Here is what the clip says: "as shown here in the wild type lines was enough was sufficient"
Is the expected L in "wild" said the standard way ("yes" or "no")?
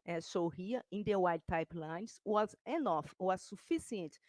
no